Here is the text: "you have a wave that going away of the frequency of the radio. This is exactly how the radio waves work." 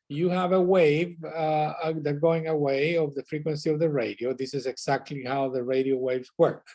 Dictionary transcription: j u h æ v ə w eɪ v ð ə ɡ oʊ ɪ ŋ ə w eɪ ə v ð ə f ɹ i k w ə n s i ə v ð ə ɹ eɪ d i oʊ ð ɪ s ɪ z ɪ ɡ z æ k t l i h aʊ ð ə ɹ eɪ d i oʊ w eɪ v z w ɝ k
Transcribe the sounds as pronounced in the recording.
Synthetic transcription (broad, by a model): j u h æ v ə w eɪ v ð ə ɡ oʊ ɪ ŋ ə w eɪ ə v ð ə f ɹ i k w ə n s i ə v ð ə ɹ eɪ d i oʊ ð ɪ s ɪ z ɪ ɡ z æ k t l i h aʊ ð ə ɹ eɪ d i oʊ w eɪ v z w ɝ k